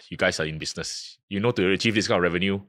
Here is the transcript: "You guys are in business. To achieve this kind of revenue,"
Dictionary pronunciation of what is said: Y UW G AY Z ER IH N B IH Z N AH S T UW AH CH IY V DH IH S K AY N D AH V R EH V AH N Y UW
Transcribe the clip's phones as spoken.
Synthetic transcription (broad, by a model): Y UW G AY S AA IH N B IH S N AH S T UW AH CH IY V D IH S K AY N AH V R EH V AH N Y UW